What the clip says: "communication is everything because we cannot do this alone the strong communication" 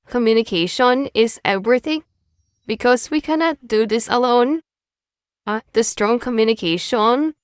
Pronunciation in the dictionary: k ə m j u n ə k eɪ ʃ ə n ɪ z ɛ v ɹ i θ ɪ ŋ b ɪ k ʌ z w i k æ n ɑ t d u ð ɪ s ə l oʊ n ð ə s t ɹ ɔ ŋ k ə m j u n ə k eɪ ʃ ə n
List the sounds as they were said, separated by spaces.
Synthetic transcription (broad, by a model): k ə m j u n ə k eɪ ʃ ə n ɪ z ɛ v ɹ i θ ɪ ŋ b ɪ k ʌ z w i k æ n ɑ t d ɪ ð ɪ s ə l oʊ n ð ə s t ɹ ɔ ŋ k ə m j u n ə k eɪ ʃ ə n